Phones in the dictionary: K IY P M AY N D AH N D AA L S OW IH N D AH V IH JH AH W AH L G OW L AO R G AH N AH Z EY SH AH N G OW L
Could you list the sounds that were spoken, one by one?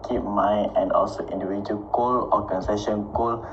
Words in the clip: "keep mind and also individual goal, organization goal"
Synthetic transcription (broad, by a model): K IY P M AY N AH N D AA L S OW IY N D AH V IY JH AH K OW L AO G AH N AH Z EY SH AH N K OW L